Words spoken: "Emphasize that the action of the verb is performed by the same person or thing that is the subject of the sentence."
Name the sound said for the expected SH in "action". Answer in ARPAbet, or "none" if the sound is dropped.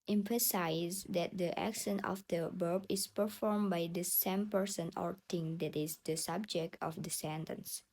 S